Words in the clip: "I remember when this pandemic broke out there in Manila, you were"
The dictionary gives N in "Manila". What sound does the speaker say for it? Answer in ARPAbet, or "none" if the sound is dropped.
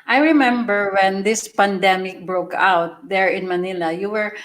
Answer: N